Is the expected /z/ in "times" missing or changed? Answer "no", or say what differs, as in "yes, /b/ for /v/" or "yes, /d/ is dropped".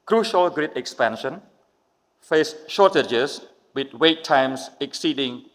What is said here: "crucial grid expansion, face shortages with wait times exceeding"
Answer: yes, /s/ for /z/